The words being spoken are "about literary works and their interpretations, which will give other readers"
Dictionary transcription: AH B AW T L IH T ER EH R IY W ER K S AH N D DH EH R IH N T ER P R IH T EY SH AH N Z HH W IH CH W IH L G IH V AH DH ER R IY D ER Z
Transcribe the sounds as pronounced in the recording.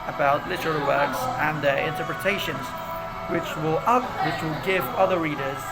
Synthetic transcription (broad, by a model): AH B AW T L IH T ER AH L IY W ER K S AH N DH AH R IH N T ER P R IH T EY SH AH N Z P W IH CH W IH L G IH V AH DH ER R IY D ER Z